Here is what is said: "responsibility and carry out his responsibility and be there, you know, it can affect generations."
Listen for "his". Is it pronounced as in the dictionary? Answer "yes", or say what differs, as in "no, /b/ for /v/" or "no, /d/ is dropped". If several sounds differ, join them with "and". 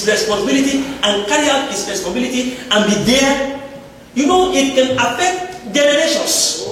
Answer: no, /s/ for /z/